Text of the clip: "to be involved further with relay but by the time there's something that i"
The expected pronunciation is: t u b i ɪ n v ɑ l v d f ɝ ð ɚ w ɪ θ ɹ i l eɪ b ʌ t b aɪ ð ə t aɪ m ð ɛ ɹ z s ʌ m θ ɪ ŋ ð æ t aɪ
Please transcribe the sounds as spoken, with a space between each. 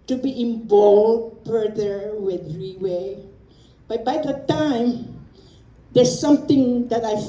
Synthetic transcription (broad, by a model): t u b i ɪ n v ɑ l d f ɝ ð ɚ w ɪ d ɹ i w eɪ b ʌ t b aɪ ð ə t aɪ m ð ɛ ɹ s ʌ m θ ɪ ŋ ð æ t aɪ